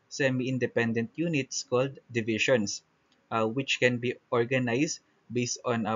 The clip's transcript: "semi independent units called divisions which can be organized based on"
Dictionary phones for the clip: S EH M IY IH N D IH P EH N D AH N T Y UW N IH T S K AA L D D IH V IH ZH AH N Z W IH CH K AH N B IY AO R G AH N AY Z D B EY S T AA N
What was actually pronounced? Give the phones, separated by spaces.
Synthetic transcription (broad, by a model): S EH M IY IH N D IH P EH N D AH N T Y UW N IH T S K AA L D D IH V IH SH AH N S W IH CH K AH N B IY AO R G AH N AY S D B EY S T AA N